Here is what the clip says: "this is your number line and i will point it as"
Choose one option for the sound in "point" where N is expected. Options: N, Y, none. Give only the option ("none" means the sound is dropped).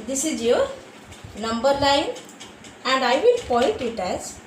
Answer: none